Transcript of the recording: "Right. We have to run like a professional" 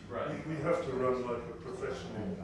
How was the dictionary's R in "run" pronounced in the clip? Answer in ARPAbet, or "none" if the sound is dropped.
R